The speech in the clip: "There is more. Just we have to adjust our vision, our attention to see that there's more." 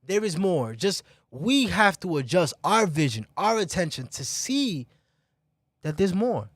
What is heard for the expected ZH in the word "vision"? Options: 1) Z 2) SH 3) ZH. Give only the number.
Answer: 3